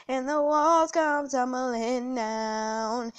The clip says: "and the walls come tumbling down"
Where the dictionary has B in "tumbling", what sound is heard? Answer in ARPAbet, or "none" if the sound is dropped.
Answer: none